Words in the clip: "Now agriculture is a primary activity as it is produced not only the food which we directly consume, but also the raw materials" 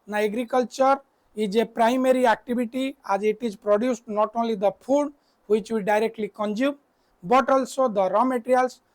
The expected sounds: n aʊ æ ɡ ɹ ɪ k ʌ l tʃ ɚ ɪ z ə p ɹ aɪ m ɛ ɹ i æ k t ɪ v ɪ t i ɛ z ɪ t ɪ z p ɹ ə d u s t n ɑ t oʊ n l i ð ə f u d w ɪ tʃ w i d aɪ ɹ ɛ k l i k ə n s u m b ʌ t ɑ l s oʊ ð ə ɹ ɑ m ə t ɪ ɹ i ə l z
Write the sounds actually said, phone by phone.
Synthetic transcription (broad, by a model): n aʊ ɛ ɡ ɹ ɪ k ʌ l tʃ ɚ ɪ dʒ ə p ɹ aɪ m ɛ ɹ i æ k t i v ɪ t i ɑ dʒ ɪ t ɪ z p ɹ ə d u s t n ɑ t oʊ n l i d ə p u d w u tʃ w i d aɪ ɹ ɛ k l i k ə n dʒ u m b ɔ t ɑ l s oʊ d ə ɹ ɑ m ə t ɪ ɹ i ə l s